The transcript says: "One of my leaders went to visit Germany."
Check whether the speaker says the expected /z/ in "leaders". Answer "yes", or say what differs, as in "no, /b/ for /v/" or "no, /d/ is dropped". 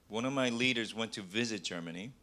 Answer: yes